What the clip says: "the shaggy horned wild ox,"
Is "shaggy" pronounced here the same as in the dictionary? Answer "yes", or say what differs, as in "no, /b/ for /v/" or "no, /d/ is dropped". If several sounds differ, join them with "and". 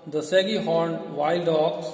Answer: no, /s/ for /ʃ/